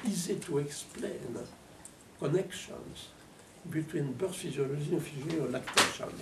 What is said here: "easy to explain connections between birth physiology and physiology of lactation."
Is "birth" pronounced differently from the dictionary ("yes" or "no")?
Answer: yes